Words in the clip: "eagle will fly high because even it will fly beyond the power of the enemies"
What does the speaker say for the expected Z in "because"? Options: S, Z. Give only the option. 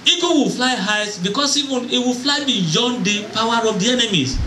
S